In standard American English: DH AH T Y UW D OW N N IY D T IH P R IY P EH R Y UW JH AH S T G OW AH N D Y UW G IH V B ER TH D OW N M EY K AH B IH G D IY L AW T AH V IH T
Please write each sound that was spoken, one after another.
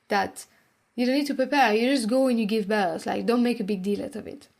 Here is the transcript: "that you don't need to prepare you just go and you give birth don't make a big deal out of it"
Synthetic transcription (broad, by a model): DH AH T Y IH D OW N N IY D T IH P R IY P EH R Y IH JH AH S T G OW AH N Y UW G IH V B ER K D OW N M EY K AH B IH G D IY L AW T AH V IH T